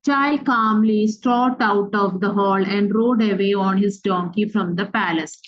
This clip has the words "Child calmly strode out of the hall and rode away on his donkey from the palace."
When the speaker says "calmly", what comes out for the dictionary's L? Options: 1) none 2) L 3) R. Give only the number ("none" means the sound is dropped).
2